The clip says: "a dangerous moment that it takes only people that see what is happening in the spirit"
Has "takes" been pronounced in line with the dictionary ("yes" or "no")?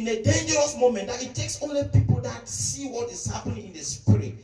yes